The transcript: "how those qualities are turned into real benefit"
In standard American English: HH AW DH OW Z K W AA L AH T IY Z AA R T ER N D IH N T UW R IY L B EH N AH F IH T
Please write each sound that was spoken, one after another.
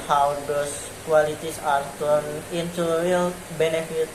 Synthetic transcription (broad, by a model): HH AW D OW S K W AA L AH T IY S AA R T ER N IH N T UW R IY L B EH N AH F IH T